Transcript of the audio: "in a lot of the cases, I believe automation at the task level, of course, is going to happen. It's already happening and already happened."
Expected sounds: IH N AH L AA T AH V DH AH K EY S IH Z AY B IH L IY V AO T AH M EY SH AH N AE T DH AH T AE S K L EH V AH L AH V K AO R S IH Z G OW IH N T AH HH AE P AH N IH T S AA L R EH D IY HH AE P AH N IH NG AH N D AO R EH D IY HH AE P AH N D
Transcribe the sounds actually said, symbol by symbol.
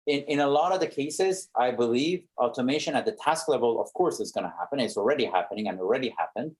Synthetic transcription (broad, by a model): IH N AH L AA T AH V DH AH K EY S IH Z AY B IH L IY V AO T AH M EY SH AH N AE T DH AH T AE S K L EH V AH L AH V K AO R S IH Z G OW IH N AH HH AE P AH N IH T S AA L R EH D IY HH AE P AH N IH NG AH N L R EH D IY HH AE P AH N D